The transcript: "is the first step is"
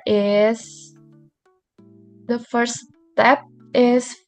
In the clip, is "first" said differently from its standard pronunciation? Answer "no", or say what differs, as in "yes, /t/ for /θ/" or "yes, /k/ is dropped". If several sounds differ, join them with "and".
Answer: yes, /s/ is dropped